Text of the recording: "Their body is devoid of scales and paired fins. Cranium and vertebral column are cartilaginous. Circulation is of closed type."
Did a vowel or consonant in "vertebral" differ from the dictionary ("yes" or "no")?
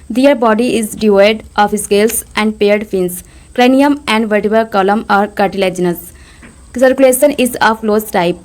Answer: yes